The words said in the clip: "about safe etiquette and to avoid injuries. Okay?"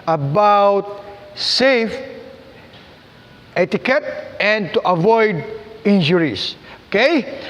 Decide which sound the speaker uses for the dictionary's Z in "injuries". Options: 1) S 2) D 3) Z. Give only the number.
1